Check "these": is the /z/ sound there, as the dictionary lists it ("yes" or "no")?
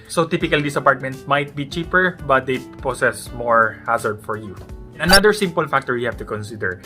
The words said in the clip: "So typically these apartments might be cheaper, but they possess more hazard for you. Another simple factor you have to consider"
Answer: no